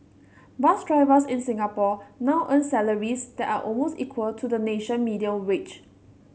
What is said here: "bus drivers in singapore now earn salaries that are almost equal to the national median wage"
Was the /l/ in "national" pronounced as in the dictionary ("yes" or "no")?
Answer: no